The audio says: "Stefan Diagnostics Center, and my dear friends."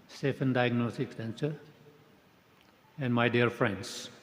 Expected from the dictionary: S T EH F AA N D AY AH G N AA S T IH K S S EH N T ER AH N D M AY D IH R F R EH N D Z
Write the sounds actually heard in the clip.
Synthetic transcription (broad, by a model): S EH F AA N D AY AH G N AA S T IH K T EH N S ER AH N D M AY D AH R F R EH N D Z